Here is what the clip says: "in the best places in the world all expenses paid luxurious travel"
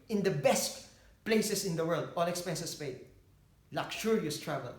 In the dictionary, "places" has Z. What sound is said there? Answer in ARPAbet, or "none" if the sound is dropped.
S